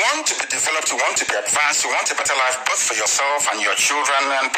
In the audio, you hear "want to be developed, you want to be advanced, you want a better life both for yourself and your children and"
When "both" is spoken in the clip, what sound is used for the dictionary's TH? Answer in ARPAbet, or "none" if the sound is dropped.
TH